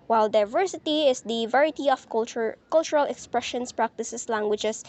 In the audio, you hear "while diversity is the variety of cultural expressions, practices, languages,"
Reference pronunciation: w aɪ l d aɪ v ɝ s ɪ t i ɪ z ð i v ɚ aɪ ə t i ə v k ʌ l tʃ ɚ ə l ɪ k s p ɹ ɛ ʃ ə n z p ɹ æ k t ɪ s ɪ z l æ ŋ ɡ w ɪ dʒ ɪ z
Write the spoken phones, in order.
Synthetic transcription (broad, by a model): w aɪ l d aɪ v ɝ s ɪ t i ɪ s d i v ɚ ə t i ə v k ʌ l tʃ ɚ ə l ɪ k s p ɹ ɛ ʃ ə n s p ɹ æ k t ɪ s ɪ s l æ ŋ ɡ w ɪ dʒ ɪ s